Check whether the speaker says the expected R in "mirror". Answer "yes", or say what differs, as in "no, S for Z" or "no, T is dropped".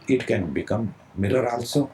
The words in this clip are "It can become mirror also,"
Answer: no, L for R